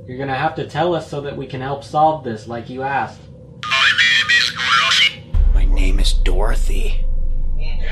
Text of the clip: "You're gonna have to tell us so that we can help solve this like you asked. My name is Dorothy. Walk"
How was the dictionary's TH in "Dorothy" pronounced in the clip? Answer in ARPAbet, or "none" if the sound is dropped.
TH